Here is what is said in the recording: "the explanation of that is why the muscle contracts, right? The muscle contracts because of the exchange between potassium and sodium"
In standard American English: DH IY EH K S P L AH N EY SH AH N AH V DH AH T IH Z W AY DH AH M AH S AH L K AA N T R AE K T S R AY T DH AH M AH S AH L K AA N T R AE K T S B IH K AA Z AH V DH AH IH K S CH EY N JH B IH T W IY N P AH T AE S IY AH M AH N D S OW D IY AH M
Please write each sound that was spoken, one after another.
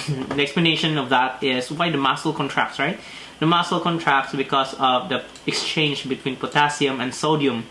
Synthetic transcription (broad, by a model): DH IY EH K S P L AH N EY SH AH N AH V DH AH T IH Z W AY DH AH M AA S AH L K AA N T R AE K T S R AY T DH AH M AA S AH L K AA N T R AE K T S B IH K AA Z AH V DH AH IH K S CH EY N JH B IH T W IY N P AH T AE S IY AH M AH N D S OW D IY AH M